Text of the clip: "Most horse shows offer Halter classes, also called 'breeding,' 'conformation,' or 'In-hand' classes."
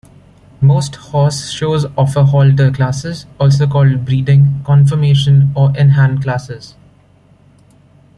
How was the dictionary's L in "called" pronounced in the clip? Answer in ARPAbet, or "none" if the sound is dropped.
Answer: L